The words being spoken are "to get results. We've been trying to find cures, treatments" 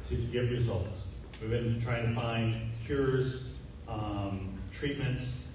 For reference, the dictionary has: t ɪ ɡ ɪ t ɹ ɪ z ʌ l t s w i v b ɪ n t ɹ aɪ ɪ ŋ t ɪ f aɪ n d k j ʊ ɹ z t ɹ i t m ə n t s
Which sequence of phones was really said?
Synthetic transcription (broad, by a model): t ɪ ɡ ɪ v ɹ ɪ z ʌ l t s w i v b ɪ n t ɹ aɪ ɪ ŋ t ɪ f aɪ n d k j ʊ ɹ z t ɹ i t m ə n t s